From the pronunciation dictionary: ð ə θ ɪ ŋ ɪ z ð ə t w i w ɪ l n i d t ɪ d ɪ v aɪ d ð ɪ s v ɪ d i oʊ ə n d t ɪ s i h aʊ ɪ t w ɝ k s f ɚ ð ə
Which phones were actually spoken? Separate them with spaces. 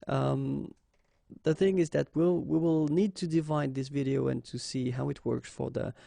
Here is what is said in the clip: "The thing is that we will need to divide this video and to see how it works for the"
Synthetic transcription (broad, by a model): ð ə θ ɪ ŋ ɪ z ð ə t w i w ɪ l n i d t ɪ d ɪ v aɪ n ð ɪ s v ɪ d i oʊ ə n t ɪ s i h aʊ ɪ t w ɝ k s f ɚ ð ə